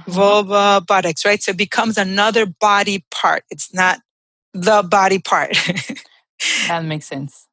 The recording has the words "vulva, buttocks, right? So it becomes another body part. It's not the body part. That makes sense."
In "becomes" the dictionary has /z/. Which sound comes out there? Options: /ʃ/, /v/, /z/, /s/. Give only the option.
/z/